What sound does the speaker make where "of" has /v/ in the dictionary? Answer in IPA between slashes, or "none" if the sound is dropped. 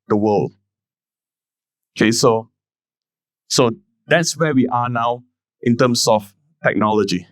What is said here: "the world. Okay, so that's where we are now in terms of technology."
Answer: /f/